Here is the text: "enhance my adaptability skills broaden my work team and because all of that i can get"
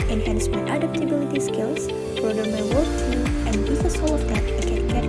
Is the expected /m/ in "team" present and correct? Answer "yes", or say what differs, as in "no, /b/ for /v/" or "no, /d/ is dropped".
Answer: no, /m/ is dropped